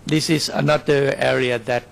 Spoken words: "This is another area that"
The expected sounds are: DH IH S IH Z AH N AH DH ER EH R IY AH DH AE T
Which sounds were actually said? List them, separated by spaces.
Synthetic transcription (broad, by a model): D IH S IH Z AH N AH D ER EH R IY AH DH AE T